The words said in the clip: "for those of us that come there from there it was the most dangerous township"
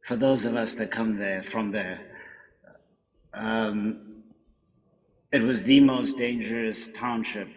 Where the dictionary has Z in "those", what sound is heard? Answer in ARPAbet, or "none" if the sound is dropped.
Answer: Z